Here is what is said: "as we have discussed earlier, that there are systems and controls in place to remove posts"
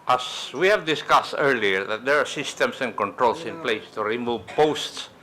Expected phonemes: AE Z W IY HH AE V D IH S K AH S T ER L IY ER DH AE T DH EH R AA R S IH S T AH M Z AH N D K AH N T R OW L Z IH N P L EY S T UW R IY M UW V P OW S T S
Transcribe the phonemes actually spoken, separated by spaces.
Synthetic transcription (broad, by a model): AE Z W IY HH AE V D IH S K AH S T ER L IY ER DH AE T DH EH R AA R S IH S T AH M S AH N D K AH N T R OW L S IH N P L EY S T UW R IY M UW V P OW S T S